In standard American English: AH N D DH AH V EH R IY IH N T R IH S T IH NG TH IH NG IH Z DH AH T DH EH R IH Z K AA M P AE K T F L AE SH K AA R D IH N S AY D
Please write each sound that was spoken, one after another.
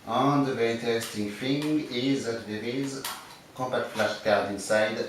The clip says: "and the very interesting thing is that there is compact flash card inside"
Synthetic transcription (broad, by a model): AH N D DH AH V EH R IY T IH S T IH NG F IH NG IH Z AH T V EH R IH Z K AA M P AE K T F L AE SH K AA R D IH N S AY D